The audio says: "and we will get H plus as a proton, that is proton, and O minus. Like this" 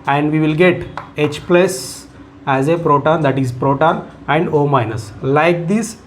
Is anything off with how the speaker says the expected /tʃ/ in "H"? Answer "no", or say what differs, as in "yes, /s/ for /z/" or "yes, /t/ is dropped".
no